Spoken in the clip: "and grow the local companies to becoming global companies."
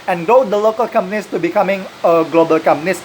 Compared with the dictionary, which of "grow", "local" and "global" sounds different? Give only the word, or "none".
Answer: grow